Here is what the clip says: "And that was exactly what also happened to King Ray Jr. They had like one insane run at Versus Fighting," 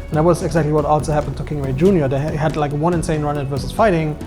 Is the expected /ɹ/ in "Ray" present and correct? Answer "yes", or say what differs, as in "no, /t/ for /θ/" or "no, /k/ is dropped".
no, /w/ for /ɹ/